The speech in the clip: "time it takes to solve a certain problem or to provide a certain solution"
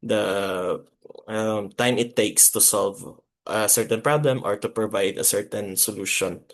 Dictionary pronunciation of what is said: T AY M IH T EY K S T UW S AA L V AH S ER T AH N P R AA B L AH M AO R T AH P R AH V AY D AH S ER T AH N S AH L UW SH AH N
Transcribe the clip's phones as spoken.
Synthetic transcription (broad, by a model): T AY M IH T EY K S T UW S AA L V AH S ER T AH N P R AA B L AH M AO R T AH P R AH V AY D AH S ER T AH N S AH L UW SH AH N